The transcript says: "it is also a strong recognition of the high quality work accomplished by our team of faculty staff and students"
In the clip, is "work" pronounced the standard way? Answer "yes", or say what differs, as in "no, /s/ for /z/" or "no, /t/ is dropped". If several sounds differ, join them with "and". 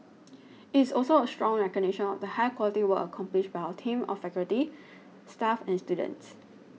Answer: no, /k/ is dropped